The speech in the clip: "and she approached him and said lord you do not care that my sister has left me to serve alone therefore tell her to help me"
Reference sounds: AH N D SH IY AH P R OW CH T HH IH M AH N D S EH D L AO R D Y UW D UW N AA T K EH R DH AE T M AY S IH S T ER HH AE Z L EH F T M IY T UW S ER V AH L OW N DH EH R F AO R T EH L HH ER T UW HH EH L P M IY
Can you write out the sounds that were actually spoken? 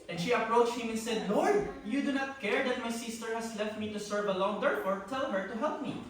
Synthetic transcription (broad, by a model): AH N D SH IY AH P R OW CH T HH IH M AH N S EH D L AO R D Y UW D UW N AA T K EH R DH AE T M AY S IH S T ER HH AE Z L EH F T M IY T UW S ER V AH L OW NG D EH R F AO R T EH L HH ER T UW HH EH L P M IY